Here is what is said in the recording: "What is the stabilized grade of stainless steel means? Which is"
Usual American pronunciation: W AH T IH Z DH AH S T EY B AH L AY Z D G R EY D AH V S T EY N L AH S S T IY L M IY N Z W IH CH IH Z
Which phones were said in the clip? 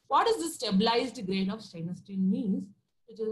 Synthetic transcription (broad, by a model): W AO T IH Z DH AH S T EY B AH L AY Z D G R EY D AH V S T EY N AH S S T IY N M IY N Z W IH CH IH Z